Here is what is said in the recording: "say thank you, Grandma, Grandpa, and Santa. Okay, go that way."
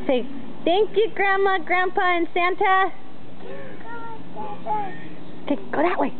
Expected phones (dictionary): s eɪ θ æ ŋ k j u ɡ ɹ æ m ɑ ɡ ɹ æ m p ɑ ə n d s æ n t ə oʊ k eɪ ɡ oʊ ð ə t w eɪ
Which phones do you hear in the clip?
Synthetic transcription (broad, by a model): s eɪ θ æ ŋ k j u ɡ ɹ æ m ɑ ɡ ɹ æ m p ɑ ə n s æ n t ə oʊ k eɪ ɡ oʊ ð ə t w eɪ